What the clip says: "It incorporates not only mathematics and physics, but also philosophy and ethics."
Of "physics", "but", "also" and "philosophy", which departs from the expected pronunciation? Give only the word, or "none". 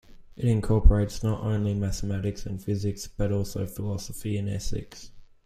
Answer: none